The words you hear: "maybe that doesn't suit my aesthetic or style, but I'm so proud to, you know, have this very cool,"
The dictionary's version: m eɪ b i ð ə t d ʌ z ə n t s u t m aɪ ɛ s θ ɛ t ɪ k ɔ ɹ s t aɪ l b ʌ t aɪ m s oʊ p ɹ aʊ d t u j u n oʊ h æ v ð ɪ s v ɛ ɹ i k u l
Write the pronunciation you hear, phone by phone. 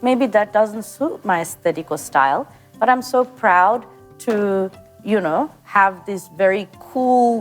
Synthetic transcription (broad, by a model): m eɪ b i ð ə t d ʌ z ə n t s u t m aɪ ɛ s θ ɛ t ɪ k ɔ l s t aɪ l b ʌ t aɪ m s oʊ p ɹ aʊ d t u j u n oʊ h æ v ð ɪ s v ɛ ɹ i k u l